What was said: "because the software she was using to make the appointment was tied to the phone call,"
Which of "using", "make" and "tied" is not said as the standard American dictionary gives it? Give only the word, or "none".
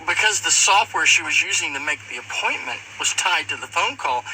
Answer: none